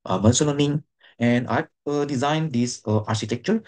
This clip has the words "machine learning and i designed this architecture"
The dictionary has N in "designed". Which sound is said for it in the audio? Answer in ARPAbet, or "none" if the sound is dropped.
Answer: N